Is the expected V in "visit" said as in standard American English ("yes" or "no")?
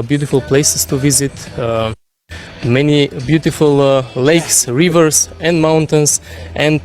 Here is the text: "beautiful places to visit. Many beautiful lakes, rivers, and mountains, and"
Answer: yes